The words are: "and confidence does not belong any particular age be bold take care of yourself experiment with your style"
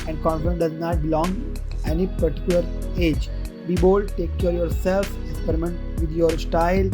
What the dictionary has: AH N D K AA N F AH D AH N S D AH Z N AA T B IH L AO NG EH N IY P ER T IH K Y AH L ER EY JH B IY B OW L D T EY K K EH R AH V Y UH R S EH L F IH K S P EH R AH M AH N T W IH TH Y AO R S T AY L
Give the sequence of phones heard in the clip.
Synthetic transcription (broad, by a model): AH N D K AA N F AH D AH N D AH Z N AA T B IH L AO NG EH N IY P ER T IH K Y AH L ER EY JH B IY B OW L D T EY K K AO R Y UH R S EH L F IH K S P EH R AH M AH N T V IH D Y AO R S T AY L